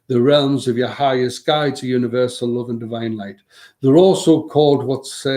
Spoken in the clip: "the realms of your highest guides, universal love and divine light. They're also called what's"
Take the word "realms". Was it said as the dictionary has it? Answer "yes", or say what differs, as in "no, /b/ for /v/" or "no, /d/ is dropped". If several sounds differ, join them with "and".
yes